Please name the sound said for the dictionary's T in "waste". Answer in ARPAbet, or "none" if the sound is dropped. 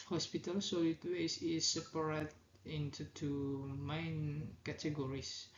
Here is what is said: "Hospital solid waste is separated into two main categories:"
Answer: none